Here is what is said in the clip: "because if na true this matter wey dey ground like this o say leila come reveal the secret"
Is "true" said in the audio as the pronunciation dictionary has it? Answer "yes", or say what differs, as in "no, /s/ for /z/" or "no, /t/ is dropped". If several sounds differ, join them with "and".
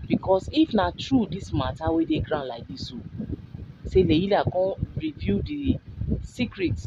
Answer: yes